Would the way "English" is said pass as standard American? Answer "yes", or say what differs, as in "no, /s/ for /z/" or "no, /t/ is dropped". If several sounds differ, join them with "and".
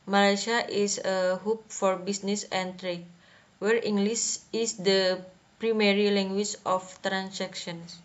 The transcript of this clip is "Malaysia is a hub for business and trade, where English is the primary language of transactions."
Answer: no, /s/ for /ʃ/